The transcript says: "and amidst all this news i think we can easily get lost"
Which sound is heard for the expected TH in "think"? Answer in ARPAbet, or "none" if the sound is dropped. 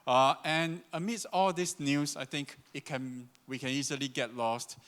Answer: T